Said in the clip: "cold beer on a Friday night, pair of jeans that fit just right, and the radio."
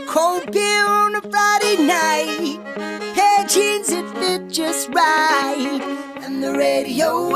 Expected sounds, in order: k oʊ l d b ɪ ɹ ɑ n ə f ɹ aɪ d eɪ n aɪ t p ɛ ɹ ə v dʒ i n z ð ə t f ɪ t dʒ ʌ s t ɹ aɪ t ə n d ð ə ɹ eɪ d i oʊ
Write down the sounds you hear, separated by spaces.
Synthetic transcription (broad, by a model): k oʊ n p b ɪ l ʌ n ə f ɹ aɪ d eɪ n aɪ t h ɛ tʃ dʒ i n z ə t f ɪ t dʒ ʌ s t ɹ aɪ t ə n ð ə ɹ eɪ d i oʊ